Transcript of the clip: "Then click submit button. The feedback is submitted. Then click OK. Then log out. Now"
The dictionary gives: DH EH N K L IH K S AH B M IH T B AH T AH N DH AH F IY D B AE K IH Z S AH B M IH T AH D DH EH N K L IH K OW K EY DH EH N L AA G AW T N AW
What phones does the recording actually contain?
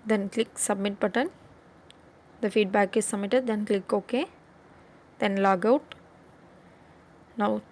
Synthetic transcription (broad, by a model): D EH N K L IH K S AH B M IH T B AH T AH N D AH F IY D B AE K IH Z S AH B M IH T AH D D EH N K L IH K OW K EY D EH N L AA G AW T N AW